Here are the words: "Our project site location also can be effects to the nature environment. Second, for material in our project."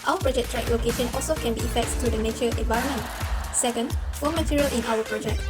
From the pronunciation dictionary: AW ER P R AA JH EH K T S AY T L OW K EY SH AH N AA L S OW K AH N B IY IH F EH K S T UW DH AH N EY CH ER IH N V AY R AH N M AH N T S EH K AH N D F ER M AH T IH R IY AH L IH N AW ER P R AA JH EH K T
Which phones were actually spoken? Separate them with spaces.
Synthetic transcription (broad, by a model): AW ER P R AA JH EH K T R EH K L OW K EY SH AH N AA L S OW K AH N B IY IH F EH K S T UW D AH N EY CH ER IH N V AY R AH N M AH N T S EH K AH N D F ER M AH T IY R IY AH L IH N AW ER P R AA JH EH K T